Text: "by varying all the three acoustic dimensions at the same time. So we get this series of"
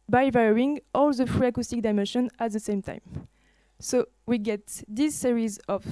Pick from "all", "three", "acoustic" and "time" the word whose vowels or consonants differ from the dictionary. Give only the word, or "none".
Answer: three